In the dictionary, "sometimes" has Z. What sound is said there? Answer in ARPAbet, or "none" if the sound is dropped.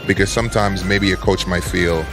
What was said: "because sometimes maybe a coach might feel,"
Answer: Z